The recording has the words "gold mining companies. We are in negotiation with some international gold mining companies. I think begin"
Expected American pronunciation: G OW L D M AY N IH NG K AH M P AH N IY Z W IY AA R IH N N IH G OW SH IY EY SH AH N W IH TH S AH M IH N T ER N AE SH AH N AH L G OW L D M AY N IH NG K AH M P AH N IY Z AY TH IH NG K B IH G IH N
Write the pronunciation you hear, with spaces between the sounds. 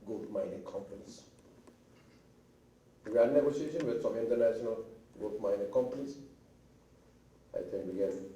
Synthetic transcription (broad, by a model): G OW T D M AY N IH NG K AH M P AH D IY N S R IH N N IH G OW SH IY EY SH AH N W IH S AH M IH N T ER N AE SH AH N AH L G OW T M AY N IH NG K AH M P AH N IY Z AY T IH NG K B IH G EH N